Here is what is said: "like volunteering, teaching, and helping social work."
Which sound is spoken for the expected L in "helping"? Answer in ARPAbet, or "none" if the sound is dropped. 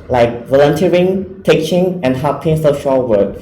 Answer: none